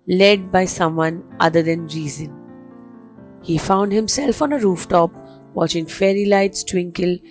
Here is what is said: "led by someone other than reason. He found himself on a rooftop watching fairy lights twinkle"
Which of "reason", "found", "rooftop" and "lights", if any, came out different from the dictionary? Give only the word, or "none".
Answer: none